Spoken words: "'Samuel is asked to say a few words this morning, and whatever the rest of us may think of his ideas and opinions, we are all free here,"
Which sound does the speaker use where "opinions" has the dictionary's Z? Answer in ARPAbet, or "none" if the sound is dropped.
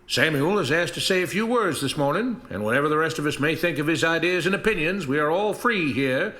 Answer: Z